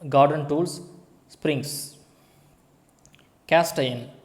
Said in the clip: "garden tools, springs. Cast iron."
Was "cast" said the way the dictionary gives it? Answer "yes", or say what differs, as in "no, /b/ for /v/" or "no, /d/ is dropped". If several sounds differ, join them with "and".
yes